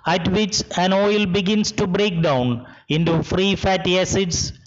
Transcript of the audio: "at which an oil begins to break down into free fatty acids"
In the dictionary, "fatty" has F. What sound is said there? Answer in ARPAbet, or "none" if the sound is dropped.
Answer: F